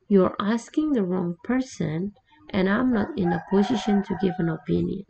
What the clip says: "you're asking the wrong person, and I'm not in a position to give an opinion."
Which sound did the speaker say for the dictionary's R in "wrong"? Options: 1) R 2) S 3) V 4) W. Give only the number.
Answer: 1